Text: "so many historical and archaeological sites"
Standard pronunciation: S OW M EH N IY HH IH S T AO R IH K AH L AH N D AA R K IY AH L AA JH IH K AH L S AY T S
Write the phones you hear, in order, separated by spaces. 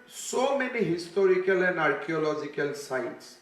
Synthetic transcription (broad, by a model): S OW M EH N IY HH IH S T AO R IH K AH L AH N D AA R K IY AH L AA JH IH K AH L S AY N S